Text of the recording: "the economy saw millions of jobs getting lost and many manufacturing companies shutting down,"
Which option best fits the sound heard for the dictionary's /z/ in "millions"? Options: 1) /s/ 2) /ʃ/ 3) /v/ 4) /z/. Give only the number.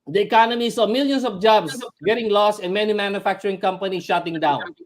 1